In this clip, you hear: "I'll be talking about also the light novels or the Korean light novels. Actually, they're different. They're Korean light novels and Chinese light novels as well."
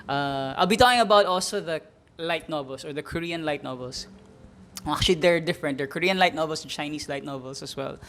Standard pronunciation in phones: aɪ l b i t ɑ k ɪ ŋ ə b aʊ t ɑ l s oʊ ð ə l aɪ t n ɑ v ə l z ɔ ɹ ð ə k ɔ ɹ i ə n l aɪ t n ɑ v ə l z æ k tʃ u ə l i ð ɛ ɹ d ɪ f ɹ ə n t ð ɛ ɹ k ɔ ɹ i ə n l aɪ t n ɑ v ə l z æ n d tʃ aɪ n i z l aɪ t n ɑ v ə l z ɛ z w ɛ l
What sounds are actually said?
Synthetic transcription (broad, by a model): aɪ l b i t ɑ k ɪ ŋ ə b aʊ t ɑ l s oʊ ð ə l aɪ t n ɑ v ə l s ɔ ɹ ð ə k ɔ ɹ i ə n l aɪ t n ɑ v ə l s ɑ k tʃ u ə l i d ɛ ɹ d ɪ f ɹ ə n t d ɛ ɹ k ɔ ɹ i ə n l aɪ t n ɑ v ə l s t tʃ aɪ n i s l aɪ t n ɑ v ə l s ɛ s w ɛ l